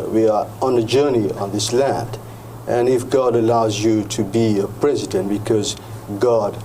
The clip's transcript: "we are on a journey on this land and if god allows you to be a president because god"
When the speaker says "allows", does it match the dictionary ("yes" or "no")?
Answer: yes